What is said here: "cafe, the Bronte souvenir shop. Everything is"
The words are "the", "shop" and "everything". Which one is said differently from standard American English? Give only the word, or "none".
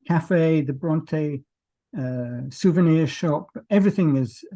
none